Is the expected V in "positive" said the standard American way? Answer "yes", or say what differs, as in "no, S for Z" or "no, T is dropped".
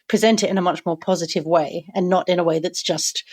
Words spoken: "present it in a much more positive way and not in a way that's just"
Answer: yes